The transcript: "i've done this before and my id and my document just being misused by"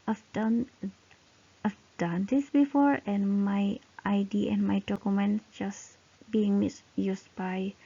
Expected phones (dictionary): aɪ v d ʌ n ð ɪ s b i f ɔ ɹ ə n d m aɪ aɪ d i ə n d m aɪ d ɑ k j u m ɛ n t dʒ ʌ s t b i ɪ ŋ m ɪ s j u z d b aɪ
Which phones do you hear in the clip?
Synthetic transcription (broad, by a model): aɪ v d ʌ n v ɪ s b i f ɔ ɹ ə n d m aɪ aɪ d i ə n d m aɪ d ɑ k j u m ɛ n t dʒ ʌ s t b i ɪ ŋ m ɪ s j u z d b aɪ